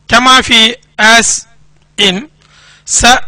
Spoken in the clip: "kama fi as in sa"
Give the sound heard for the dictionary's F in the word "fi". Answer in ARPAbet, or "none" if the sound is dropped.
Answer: F